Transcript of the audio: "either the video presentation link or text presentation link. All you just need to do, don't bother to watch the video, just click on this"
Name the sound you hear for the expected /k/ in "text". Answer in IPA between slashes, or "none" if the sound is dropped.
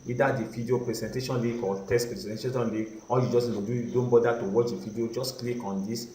none